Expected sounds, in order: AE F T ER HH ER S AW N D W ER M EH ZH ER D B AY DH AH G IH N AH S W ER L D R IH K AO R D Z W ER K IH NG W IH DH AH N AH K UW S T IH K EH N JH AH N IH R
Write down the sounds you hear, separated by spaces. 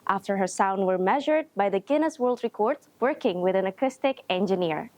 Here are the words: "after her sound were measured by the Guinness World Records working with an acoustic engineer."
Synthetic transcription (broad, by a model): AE F T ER HH ER S AW N D W ER M EH ZH ER D B AY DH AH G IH N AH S W ER L D R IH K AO R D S W ER K IH NG W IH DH AH N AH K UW S T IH K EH N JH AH N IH R